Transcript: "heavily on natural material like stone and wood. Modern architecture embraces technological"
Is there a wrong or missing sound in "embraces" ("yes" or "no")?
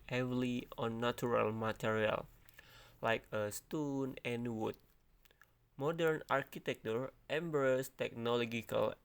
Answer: yes